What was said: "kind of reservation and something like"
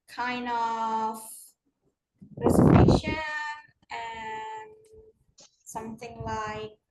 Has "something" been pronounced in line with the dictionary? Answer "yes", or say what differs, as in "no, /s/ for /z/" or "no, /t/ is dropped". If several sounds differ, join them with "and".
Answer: yes